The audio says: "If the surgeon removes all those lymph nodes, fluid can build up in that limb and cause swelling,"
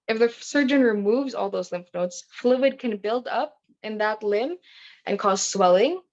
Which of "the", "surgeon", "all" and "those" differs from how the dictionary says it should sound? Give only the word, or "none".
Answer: none